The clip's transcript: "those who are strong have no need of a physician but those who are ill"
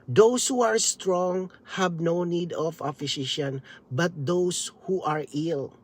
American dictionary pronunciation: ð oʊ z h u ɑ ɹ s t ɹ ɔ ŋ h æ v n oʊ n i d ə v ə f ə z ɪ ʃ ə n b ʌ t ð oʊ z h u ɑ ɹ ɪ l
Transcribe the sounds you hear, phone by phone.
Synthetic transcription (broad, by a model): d oʊ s h u ɑ ɹ s t ɹ ɔ ŋ h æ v n oʊ n i d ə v ə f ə s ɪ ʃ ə n b ʌ t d oʊ s h u ɑ ɹ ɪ l